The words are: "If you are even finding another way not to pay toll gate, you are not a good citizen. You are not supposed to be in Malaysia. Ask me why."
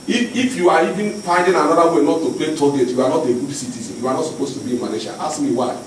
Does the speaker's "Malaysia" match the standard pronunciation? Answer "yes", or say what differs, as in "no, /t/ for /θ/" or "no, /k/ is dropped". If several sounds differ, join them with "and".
no, /n/ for /l/